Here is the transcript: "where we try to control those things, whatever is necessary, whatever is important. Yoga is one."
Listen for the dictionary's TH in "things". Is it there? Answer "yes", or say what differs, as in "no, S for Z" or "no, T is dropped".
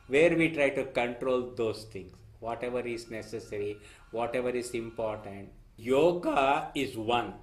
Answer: no, T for TH